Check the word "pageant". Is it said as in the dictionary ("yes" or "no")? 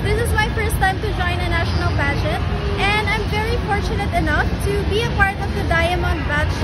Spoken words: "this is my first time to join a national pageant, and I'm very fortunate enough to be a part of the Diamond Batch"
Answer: no